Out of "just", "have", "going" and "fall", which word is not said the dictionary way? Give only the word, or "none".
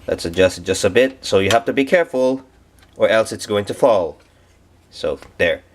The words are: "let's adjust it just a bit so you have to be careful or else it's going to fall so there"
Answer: have